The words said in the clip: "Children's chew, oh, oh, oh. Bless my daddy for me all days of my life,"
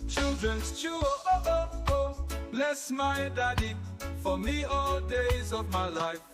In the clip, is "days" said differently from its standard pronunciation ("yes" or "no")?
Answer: no